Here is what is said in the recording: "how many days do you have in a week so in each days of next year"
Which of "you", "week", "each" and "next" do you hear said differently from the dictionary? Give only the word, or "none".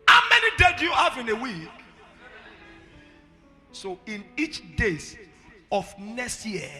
next